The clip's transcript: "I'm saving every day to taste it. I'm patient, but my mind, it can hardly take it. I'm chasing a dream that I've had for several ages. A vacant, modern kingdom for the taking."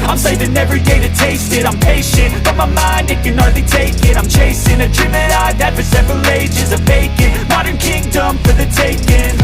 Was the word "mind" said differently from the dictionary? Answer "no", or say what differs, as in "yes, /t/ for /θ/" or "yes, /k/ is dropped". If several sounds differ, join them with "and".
no